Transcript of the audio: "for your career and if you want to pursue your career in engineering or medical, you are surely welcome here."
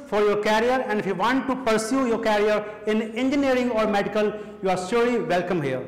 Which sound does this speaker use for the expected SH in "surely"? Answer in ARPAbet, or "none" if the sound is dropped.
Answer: S